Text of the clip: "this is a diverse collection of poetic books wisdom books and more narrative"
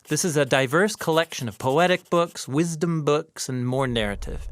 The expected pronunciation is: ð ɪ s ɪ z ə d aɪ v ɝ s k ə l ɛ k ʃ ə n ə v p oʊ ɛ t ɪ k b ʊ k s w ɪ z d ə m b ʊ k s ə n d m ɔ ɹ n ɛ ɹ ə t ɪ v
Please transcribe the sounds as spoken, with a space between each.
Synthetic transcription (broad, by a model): ð ɪ s ɪ z ə d aɪ v ɝ s k ə l ɛ k ʃ ə n ə v p oʊ ɛ t ɪ k b ʊ k s w ɪ z d ə m b ʊ k s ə n m ɔ ɹ n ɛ ɹ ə t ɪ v